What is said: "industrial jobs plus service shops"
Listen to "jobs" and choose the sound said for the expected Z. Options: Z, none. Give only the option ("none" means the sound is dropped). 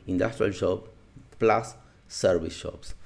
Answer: none